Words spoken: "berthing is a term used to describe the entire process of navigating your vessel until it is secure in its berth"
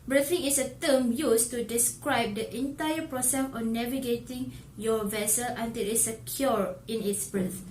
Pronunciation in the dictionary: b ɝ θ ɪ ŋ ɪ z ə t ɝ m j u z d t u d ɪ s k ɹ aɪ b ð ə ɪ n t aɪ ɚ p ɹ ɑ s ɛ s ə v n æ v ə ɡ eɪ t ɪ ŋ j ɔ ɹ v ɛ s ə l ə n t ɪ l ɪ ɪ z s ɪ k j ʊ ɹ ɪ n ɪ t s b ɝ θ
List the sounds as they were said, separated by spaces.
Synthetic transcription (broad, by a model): b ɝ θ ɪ ŋ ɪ s ə t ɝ m j u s t u d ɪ s k ɹ aɪ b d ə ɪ n t aɪ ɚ p ɹ ɑ s ɛ s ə n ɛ v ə ɡ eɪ t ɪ ŋ j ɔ v ɛ s ə l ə n t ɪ l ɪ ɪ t s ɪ k j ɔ ɹ ɪ n ɪ t s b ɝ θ